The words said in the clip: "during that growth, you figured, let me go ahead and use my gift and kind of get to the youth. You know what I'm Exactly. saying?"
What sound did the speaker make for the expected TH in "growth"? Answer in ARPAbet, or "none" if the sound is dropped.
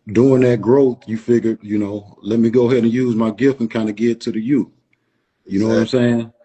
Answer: TH